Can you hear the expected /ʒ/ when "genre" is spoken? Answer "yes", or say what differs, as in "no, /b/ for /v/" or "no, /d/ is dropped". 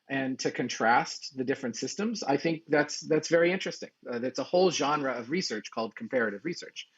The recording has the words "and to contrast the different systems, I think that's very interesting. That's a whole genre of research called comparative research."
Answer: yes